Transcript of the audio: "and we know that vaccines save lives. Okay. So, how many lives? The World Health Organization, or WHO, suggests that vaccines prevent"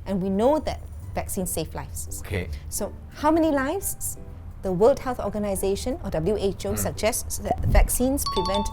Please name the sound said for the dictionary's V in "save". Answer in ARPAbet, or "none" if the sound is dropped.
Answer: F